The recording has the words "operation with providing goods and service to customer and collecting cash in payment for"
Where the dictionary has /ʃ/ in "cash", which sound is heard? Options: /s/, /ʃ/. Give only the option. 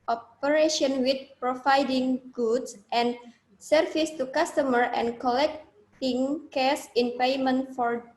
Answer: /s/